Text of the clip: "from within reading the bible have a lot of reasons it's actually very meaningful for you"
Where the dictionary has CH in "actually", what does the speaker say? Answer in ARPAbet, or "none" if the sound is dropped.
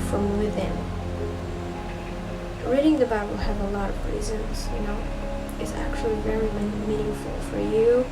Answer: CH